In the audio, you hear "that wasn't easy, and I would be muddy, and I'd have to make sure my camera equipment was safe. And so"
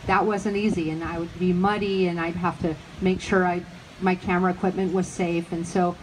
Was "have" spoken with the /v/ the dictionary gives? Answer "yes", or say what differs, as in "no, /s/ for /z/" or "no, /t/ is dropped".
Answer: no, /f/ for /v/